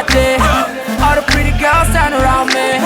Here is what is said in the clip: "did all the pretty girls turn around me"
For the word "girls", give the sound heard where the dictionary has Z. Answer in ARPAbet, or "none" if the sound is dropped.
S